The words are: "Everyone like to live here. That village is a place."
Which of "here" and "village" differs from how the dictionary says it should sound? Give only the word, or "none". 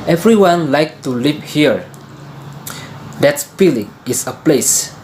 village